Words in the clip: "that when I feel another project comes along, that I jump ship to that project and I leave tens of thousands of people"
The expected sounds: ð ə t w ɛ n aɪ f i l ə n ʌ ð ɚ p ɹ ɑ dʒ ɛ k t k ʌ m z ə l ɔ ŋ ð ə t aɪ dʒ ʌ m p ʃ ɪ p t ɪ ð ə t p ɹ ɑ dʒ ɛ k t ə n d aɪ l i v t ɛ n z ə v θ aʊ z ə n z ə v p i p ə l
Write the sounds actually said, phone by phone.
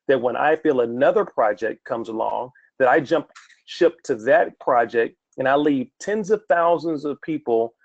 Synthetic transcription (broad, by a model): ð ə t w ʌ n aɪ f i l ə n ʌ ð ɚ p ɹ ɑ dʒ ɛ k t k ʌ m z ə l ɔ ŋ ð ə t aɪ dʒ ʌ m p ʃ ɪ p t ɪ ð ə t p ɹ ɑ dʒ ɛ k t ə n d aɪ l i v t ɛ n z ə v θ aʊ z ə n z ə v p i p l